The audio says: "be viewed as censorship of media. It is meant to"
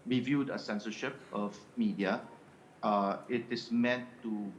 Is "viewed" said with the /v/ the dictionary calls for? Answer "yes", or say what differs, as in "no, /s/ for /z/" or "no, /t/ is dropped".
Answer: yes